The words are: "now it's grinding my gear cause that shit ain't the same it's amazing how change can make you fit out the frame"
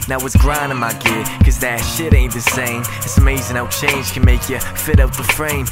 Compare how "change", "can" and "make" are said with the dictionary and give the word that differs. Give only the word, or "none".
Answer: change